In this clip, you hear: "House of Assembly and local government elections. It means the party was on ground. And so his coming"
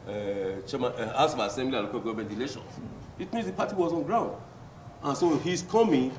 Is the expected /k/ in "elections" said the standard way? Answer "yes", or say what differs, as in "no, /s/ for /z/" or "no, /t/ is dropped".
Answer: no, /k/ is dropped